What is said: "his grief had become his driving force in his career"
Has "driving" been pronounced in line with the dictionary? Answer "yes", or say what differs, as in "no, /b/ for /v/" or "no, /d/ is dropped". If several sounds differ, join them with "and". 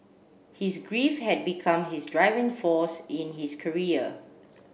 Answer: yes